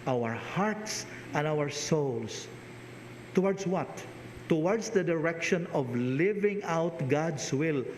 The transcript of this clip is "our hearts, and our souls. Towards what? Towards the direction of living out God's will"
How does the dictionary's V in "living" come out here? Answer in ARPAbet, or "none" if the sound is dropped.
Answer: V